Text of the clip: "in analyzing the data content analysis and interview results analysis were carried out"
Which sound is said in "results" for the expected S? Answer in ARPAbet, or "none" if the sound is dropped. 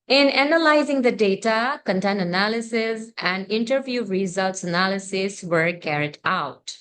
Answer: S